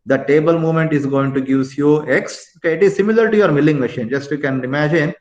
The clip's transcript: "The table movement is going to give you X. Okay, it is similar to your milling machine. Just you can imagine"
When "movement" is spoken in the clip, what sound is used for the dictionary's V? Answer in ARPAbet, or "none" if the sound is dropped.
none